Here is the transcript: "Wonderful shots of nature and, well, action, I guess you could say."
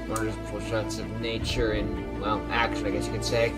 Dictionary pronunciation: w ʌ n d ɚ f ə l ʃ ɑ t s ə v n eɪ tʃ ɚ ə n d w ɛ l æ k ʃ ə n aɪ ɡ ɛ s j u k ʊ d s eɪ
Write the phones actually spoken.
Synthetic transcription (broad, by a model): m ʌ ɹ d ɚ f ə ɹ ʃ ɑ t s ə v n eɪ tʃ ɚ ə n w ɛ l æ k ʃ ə ɪ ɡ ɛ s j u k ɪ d s eɪ